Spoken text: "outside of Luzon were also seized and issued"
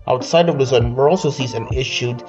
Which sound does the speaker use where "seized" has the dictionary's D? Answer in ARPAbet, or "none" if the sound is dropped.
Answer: none